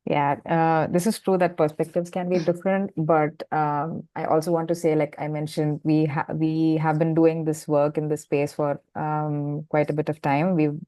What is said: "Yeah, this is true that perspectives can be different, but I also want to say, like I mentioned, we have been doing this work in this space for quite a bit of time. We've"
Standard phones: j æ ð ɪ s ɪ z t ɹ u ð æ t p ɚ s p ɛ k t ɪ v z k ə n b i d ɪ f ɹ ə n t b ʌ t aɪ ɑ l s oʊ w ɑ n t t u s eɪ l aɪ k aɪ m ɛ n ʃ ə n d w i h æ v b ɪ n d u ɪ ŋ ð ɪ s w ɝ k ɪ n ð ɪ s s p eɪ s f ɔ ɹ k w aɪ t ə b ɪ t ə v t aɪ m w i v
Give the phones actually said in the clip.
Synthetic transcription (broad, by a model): j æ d ɪ s ɪ z t ɹ u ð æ t p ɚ s p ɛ k t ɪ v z k ə n b i d ɪ f ɹ ə n t b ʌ t aɪ ɑ l s oʊ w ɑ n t t u s eɪ l aɪ k aɪ m ɛ n ʃ ə n d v i h æ v b ɪ n d u ɪ ŋ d ɪ s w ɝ k ɪ n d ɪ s s p eɪ s f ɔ ɹ k w aɪ t ə b ɪ t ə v t aɪ m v i